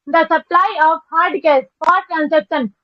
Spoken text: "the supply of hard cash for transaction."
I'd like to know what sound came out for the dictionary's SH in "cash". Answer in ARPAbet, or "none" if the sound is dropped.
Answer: S